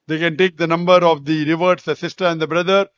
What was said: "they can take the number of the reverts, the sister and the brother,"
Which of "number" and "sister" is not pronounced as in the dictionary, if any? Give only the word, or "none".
none